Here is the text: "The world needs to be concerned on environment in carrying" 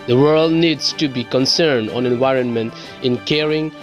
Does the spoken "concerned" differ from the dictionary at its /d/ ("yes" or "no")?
no